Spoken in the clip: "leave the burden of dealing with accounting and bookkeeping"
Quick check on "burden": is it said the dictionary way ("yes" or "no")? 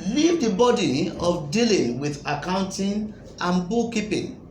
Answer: no